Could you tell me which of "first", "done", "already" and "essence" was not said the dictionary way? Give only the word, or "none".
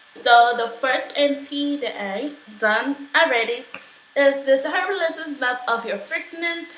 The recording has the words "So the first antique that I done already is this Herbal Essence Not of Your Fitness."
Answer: essence